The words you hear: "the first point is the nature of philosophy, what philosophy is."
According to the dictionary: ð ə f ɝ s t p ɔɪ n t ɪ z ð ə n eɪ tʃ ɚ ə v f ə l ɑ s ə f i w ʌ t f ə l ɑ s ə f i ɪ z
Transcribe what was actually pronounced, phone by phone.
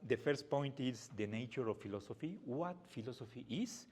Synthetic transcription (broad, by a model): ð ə f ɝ s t p ɔɪ n t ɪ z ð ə n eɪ tʃ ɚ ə f f ə l ɑ s ə f i w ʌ t f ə l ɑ s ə f i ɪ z